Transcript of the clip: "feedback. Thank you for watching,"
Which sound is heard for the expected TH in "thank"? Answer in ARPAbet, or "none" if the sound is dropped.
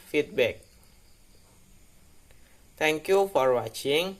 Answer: T